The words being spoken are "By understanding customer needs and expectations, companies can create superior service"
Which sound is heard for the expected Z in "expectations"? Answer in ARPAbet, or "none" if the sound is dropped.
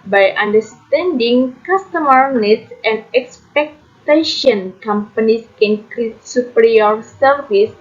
none